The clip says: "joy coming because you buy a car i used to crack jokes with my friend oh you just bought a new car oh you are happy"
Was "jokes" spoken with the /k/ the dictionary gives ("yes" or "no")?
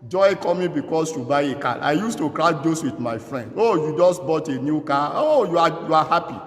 no